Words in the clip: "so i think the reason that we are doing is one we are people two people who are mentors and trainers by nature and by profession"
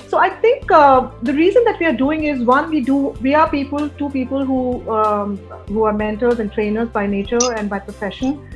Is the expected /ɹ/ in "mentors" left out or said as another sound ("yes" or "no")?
yes